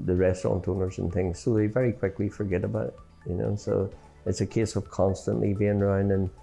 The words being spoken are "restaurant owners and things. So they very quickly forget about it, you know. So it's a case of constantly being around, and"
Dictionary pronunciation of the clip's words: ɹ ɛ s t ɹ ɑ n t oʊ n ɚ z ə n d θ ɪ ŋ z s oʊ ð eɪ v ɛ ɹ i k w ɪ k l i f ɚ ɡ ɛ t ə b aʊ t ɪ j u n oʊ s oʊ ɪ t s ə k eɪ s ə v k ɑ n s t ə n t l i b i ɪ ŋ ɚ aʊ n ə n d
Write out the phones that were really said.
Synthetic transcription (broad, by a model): ɹ ɛ s t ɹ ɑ n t oʊ n ɚ z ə n θ ɪ ŋ z s oʊ ð eɪ v ɛ ɹ i k w ɪ k l i f ɚ ɡ ɛ t ə b aʊ t j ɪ n oʊ s oʊ ɪ t s ə k eɪ s ə v k ɑ n s t ə n t l i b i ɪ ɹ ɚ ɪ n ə n